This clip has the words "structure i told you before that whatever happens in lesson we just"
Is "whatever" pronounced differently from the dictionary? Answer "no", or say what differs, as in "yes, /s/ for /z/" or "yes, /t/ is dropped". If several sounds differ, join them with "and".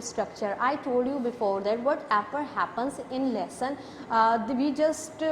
yes, /f/ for /v/